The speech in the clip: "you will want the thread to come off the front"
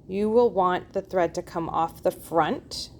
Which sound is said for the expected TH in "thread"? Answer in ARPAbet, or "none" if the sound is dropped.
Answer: TH